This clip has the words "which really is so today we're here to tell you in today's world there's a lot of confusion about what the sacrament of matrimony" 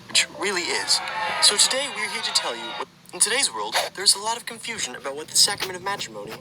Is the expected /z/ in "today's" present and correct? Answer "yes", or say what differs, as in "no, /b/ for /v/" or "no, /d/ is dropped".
yes